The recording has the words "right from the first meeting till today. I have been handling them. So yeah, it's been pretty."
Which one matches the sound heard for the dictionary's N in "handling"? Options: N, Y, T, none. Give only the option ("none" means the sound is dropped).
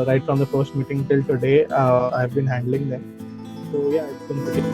N